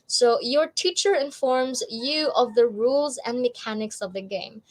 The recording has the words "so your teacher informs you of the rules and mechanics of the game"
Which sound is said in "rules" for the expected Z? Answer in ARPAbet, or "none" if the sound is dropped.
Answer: Z